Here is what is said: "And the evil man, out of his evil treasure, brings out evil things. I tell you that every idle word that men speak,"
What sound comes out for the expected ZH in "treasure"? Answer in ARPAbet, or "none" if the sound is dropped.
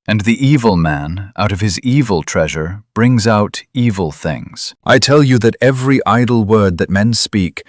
ZH